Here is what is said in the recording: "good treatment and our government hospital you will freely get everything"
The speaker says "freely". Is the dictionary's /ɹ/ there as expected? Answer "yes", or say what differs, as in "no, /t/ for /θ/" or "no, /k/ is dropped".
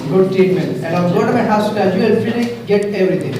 no, /ɹ/ is dropped